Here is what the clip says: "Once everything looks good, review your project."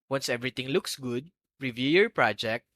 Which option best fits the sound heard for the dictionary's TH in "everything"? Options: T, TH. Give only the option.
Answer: T